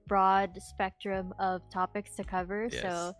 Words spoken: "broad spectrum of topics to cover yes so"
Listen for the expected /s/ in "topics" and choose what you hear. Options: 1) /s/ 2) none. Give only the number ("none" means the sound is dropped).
1